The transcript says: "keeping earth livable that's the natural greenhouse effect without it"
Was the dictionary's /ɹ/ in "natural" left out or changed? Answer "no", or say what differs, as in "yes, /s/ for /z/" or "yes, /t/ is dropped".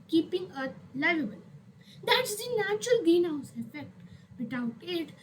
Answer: no